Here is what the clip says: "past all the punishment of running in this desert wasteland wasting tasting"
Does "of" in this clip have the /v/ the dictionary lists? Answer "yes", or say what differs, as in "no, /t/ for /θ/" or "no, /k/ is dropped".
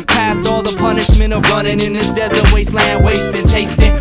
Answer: yes